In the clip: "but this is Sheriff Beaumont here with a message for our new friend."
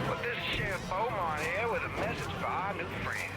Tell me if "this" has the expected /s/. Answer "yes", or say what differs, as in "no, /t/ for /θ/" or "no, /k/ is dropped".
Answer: yes